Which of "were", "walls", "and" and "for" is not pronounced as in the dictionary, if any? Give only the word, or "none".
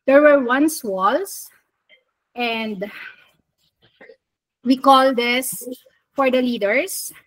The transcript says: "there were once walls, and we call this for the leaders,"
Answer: walls